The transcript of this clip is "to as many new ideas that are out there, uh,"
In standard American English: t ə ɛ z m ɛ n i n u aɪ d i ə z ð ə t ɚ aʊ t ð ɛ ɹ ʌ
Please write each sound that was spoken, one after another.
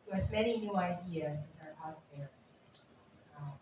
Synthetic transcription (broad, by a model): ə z m ɛ n i n u aɪ d i ə z ð ə t ɚ aʊ t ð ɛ ɹ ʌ